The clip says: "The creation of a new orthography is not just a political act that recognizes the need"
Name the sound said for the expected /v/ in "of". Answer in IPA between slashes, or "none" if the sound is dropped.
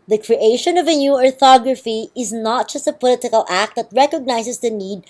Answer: /v/